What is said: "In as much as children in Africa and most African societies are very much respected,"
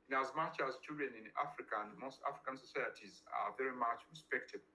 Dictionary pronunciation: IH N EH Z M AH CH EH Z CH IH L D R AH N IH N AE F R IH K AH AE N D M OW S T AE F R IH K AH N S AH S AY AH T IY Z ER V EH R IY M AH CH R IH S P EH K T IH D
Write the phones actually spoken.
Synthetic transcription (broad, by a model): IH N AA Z M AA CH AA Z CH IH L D AH N IH N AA F R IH K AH N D M OW S T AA F R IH K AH N S AH S AY AH T IY Z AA V EH R IY M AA CH R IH S P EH K T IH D